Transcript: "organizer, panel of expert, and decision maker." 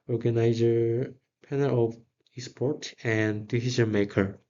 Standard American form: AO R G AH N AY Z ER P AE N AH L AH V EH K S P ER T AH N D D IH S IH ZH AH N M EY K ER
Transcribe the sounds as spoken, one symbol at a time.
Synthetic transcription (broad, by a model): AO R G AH N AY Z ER P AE N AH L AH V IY S P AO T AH N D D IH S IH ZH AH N M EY K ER